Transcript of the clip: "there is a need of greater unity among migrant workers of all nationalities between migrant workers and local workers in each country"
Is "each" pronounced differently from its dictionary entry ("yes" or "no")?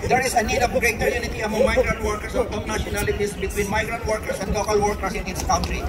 yes